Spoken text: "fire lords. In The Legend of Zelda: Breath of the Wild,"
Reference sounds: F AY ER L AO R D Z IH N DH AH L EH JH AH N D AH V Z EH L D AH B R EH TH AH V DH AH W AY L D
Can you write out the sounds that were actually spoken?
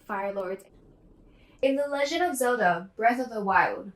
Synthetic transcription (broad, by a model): F AY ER L AO R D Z IH N DH AH L EH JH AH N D AH V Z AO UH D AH B R EH TH AH V DH AH W AY L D